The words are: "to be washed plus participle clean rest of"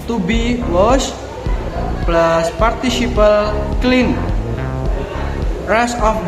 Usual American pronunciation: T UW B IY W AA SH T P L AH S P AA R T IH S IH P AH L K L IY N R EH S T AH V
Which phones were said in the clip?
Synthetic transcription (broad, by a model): T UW B IY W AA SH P L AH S P AA R T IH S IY P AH L K L IY N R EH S AH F